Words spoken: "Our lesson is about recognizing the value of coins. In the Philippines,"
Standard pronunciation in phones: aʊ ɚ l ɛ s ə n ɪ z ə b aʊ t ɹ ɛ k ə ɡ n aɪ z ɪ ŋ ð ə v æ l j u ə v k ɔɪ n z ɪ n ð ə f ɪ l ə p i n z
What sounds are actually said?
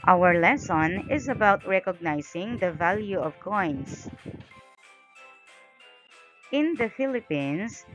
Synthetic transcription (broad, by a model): aʊ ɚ l ɛ s ə n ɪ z ə b aʊ t ɹ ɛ k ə ɡ n aɪ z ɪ ŋ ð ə v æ l j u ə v k ɔɪ n s ɪ n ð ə f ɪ l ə p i n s